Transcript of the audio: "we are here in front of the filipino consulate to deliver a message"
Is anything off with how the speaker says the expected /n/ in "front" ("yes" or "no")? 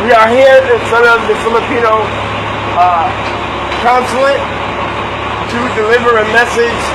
yes